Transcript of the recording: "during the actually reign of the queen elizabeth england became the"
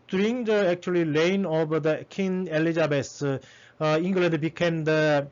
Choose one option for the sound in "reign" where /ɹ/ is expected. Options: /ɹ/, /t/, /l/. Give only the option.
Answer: /l/